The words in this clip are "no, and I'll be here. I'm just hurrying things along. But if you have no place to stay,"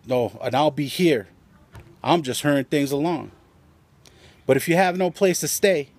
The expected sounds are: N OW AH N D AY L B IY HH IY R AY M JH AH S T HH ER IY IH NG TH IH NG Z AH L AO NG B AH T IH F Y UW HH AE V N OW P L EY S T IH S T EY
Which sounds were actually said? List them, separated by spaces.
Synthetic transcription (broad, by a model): N OW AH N AY L B IY HH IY R AY M JH AH S T HH ER IH NG TH IH NG Z AH L AO NG B AH T IH F Y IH V N OW P L EY S T IH S T EY